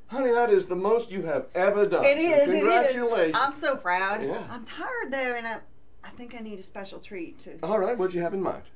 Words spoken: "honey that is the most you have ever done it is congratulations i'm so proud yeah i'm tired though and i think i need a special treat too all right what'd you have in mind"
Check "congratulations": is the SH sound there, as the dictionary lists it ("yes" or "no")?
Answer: no